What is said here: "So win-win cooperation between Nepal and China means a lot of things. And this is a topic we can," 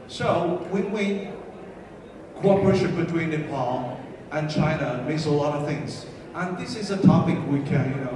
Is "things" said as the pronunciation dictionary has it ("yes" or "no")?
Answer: yes